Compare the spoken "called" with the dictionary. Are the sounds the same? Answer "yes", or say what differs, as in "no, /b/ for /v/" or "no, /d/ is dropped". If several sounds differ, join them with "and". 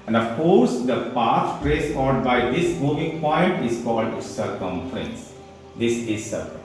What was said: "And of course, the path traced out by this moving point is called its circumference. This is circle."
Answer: yes